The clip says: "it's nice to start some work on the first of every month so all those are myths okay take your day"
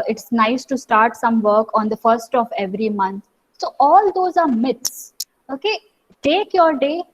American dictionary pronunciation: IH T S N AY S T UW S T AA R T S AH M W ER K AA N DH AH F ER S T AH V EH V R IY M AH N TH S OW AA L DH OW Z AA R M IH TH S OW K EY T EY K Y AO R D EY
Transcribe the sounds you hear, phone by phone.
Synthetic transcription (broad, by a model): IH T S N AY S T UW S T AA R T S AH M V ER K AA N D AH F ER S T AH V EH V R IY M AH N T S OW AA L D OW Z AA R M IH T S OW K EY T EY K Y AO R D EY